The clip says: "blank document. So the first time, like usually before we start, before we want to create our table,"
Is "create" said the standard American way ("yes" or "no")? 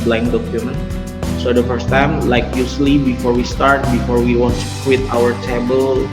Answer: no